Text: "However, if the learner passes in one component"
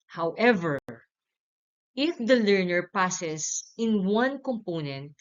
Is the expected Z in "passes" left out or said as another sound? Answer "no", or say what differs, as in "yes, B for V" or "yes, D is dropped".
yes, S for Z